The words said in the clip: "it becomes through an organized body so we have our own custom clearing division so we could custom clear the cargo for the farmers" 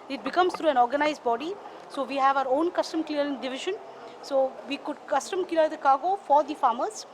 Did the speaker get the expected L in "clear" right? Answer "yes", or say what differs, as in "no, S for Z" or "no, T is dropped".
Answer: no, L is dropped